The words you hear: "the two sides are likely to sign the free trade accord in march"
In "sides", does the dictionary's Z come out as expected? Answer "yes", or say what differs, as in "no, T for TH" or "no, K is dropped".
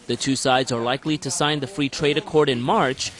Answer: yes